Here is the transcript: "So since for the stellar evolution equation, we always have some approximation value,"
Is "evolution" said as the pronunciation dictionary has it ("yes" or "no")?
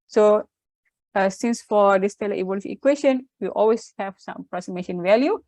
no